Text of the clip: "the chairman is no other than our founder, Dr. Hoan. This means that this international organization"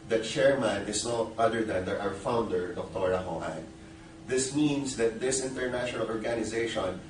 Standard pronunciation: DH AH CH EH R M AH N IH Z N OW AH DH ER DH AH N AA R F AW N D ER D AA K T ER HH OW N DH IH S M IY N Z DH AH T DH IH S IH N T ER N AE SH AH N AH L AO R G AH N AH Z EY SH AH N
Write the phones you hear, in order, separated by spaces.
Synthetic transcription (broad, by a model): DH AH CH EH R M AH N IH S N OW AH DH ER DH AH N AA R F AW N D ER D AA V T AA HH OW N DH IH S M IY N S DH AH T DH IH S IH N T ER N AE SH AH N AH L AO R G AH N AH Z EY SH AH N